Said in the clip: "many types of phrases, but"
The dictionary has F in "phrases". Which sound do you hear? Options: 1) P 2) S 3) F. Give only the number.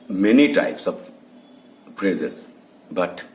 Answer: 1